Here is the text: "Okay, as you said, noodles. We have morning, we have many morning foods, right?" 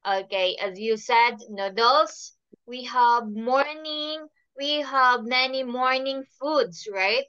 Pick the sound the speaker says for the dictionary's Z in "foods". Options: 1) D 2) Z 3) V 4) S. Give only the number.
4